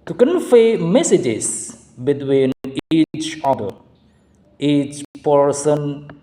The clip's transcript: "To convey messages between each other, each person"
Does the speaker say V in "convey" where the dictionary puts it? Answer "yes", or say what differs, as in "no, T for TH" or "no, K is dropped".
no, F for V